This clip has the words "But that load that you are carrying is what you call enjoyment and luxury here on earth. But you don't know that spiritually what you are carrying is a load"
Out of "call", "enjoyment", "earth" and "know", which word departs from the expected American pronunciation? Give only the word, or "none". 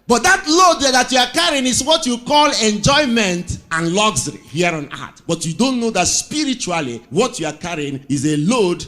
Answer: earth